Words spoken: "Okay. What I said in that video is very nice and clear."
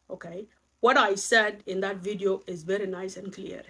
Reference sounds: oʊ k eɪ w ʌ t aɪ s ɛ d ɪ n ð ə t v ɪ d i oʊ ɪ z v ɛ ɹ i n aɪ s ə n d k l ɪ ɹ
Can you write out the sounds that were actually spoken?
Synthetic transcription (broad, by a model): oʊ k eɪ w ʌ t aɪ s ɛ d ɪ n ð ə t v ɪ d i oʊ ɪ z v ɛ ɹ i n aɪ s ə n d k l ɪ ɹ